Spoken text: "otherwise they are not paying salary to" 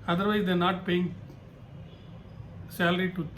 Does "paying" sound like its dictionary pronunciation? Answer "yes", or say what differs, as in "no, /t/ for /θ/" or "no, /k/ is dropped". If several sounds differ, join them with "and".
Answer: yes